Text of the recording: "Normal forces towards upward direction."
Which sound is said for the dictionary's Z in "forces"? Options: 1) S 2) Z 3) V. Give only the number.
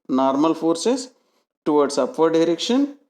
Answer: 1